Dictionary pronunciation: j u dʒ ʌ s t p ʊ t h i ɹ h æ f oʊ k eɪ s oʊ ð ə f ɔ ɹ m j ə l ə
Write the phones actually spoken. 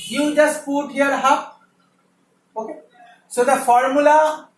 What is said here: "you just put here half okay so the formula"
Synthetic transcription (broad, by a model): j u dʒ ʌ s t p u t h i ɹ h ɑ p oʊ k eɪ s oʊ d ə f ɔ ɹ m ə l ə